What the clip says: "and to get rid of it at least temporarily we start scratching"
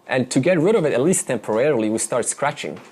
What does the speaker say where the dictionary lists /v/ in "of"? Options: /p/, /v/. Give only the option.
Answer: /v/